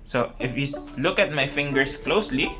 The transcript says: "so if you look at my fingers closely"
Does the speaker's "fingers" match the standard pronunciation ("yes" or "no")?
no